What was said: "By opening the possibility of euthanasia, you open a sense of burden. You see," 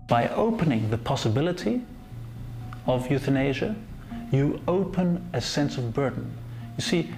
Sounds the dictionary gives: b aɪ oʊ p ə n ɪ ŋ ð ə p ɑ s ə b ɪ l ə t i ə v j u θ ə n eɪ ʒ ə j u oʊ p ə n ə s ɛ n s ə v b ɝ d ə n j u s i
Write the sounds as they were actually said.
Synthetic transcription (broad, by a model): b aɪ oʊ p ə n ɪ ŋ ð ə p ɑ s ə b ɪ l ə t i ə v j u θ ə n eɪ ʒ ə j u oʊ p ə n ə s ɛ n s ə v b ɝ d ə n j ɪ s i